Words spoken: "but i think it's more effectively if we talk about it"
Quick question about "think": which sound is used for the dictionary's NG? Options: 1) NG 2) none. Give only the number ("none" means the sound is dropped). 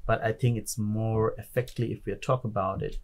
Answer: 1